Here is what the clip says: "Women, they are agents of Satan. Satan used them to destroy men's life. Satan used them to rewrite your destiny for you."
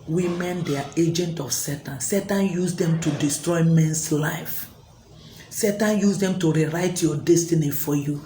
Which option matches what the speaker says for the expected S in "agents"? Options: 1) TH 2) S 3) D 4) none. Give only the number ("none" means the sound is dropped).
4